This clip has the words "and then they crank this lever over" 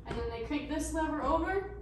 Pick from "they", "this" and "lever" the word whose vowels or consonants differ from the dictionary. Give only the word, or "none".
lever